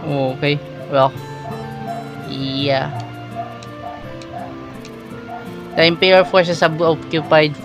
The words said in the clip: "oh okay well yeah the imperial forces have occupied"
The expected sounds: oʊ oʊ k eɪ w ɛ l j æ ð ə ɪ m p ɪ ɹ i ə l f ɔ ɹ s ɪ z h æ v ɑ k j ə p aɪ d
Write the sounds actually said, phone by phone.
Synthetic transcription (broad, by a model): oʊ oʊ k eɪ w ɛ l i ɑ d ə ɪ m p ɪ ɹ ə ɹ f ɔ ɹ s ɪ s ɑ b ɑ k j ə p aɪ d